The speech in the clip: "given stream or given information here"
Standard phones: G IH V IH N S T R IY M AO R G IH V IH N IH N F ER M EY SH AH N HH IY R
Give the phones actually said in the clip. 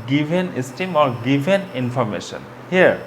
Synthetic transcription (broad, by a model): G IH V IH N S T IY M AO R G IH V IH N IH N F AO M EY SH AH N HH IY R